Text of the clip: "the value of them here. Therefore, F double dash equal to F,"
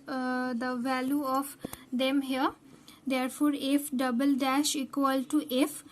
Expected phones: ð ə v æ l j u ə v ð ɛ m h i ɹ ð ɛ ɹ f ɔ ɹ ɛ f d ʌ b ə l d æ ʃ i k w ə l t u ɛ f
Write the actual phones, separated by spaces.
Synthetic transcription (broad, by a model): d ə v æ l j u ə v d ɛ m h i ɹ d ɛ ɹ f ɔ ɹ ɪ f d ʌ b ə l d æ ʃ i k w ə l t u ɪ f